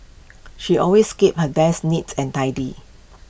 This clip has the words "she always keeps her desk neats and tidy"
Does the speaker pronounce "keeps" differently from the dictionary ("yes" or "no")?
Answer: yes